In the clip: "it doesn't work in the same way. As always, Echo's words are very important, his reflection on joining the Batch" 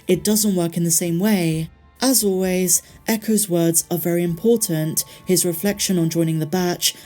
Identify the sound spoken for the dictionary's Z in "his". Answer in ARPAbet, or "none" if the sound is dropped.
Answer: Z